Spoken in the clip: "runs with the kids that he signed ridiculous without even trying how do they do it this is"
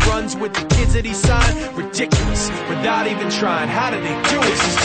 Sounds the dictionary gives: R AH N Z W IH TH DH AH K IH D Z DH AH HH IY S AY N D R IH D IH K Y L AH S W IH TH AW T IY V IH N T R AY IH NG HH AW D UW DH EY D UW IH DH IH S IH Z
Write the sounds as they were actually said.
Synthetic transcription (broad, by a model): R AH N Z W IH DH AH K IH D Z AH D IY S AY D R IH D IH K Y L AH S W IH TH AW T IY V IH N T R AY IH NG HH AW D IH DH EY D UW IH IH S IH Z